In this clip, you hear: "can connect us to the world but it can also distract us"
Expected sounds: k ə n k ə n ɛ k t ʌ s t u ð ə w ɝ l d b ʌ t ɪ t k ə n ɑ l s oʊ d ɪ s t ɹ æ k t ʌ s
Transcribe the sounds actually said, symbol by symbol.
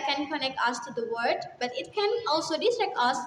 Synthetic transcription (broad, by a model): k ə n k ə n ɛ k t ʌ s t u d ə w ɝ d b ʌ t ɪ t k ə n ɑ l s oʊ d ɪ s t ɹ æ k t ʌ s